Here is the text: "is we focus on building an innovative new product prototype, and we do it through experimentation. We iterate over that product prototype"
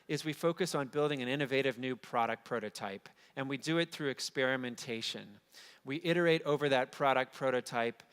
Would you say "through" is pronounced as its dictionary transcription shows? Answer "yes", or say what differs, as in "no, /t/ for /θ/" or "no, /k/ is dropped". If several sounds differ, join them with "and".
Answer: yes